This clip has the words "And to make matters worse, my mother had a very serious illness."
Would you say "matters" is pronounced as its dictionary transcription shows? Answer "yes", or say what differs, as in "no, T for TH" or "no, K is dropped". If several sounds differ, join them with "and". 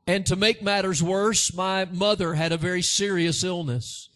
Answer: yes